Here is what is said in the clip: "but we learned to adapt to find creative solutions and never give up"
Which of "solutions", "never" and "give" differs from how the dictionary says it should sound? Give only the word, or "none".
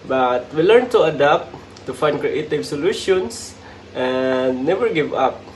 solutions